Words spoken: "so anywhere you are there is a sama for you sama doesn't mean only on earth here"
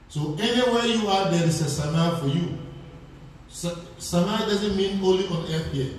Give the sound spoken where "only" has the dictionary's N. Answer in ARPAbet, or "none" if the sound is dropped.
none